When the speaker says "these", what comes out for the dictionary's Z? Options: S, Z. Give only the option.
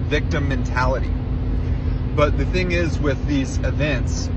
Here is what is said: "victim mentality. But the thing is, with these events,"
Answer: Z